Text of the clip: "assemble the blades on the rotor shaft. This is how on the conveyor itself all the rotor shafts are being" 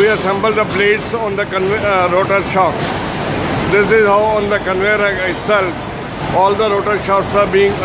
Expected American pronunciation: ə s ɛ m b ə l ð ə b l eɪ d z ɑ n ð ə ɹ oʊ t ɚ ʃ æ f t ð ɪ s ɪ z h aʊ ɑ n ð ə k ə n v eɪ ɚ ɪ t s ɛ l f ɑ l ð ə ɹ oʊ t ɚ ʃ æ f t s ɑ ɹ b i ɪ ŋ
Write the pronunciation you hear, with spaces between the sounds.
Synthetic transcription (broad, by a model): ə s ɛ m b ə l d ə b l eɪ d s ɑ n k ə ɹ oʊ t ɚ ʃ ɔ t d ɪ s ɪ z h aʊ ɑ n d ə k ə n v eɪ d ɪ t s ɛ l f ɑ l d ə ɹ oʊ t ɚ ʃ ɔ t s ɑ ɹ b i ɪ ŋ